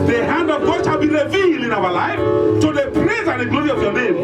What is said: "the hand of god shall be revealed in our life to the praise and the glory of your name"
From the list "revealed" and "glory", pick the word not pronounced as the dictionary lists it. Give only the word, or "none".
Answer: revealed